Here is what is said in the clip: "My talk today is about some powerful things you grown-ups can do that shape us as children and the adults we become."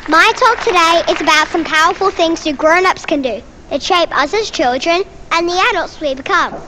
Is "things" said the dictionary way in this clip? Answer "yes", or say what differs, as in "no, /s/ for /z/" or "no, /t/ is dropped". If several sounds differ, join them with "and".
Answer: yes